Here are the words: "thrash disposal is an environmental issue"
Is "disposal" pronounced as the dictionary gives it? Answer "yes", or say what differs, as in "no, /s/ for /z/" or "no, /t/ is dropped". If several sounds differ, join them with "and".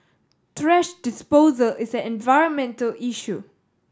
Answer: yes